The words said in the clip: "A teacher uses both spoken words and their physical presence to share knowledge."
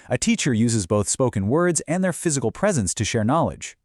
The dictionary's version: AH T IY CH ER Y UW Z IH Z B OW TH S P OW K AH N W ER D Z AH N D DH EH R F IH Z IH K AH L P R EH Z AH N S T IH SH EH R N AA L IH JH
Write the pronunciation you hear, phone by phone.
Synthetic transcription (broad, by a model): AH T IY CH ER Y UW Z IH Z B OW TH S P OW K AH N W ER D Z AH N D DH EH R F IH Z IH K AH L P R EH Z AH N S T IH SH EH R N AA L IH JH